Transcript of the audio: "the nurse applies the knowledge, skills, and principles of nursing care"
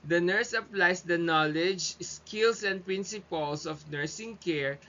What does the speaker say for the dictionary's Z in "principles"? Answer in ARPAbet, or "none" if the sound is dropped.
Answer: S